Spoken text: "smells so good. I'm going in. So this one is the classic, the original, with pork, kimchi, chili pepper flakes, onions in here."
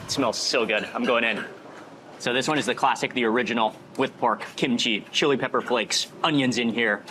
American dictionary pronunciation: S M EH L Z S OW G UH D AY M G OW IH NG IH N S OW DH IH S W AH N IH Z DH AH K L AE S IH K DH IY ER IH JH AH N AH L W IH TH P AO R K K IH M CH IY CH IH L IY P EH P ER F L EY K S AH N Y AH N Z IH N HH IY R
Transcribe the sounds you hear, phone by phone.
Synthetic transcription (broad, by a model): S M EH L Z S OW G UH D AY M G OW IH NG IH N S OW DH IH S W AH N IH Z DH AH K L AE S IH K DH IY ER IH JH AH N L W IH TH P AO R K K IH M CH IY CH IH L IY P EH P ER F L EY K S AH N Y AH N Z IH N HH IY R